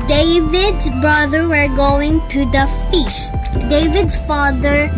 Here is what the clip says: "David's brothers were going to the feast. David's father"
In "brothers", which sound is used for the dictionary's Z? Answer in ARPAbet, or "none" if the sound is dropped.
none